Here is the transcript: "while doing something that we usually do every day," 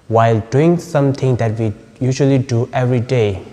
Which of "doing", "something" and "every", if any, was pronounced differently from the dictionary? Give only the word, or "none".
something